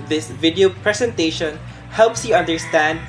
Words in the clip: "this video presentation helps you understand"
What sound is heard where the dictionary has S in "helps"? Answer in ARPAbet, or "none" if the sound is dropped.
S